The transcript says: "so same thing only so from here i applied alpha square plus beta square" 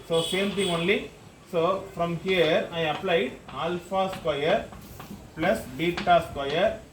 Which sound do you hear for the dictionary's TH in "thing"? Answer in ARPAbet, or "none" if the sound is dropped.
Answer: T